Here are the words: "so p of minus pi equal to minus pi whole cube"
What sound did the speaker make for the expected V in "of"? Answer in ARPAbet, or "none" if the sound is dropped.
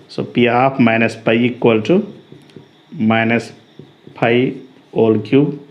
P